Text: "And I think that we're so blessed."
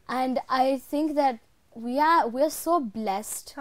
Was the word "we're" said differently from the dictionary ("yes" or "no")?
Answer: yes